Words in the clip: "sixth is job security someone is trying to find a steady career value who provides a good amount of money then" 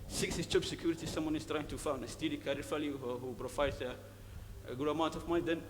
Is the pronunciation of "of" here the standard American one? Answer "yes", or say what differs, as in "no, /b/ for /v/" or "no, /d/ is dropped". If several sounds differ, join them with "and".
no, /f/ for /v/